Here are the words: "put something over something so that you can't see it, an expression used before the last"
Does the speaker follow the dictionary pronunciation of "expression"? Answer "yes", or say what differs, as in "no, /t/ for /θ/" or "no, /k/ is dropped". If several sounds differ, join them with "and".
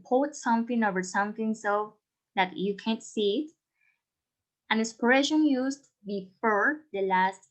no, /k/ is dropped